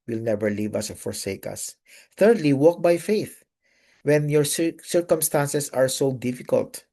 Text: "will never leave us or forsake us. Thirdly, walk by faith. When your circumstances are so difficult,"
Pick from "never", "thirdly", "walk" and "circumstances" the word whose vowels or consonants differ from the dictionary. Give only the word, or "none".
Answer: circumstances